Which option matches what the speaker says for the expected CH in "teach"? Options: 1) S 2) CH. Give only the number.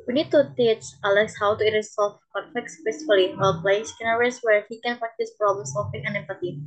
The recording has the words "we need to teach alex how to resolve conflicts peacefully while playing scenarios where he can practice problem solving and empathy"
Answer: 1